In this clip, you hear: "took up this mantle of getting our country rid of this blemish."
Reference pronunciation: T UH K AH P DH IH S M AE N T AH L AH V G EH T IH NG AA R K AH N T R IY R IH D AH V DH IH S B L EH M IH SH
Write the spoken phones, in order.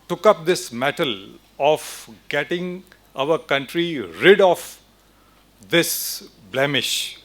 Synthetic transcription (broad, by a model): T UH K AH P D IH S M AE T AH L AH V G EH T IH NG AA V K AH N T R IY R IH D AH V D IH S B L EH M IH SH